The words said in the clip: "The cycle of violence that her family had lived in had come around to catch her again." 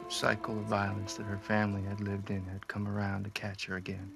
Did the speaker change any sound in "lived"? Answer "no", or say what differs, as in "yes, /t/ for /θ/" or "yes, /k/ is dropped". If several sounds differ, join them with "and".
no